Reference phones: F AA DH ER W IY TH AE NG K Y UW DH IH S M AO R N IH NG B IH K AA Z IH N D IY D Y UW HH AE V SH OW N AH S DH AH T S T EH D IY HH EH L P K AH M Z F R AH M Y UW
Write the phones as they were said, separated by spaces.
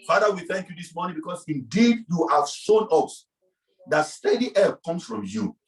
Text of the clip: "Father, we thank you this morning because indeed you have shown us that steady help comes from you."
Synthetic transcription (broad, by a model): F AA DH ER W IY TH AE NG K Y UW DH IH S M AO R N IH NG B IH K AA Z IH N D IY D Y UW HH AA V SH OW N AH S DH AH T S T EH D IY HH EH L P K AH M S F R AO M Y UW